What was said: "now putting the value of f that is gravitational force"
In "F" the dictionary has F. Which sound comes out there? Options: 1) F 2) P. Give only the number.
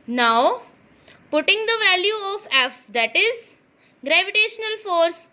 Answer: 1